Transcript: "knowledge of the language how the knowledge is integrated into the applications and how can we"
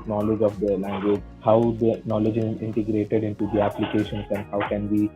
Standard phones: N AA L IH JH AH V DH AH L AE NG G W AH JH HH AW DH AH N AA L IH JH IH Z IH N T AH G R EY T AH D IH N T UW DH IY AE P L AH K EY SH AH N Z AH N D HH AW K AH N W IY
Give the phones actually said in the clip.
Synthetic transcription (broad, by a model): N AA L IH JH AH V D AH L AE NG G W AH JH HH AW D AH N AA L IH JH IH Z IH N T AH G R EY T AH D IH N T UW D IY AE P L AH K EY SH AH N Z AH N D HH AW K AH N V IY